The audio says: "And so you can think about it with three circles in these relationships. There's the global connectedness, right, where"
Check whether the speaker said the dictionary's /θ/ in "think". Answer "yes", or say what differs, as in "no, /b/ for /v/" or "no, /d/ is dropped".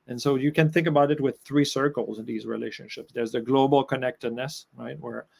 yes